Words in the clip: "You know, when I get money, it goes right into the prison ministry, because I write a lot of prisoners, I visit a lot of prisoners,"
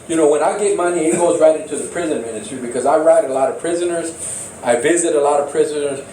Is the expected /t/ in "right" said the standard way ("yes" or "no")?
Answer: yes